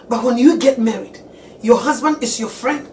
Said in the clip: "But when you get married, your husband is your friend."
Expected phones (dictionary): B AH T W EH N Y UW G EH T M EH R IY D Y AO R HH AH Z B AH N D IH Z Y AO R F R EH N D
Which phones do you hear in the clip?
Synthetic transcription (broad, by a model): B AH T W EH N Y UW G EH T M EH R IY D Y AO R HH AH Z B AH N D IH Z Y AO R F R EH N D